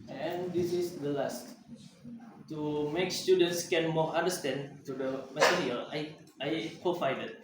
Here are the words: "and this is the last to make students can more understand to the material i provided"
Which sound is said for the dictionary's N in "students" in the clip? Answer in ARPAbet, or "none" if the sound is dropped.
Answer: N